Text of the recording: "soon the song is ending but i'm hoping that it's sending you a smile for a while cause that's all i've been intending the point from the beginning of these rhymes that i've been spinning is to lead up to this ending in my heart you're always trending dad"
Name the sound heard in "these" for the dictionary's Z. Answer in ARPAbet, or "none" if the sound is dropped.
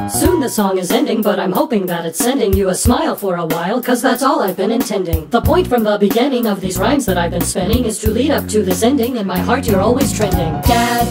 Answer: Z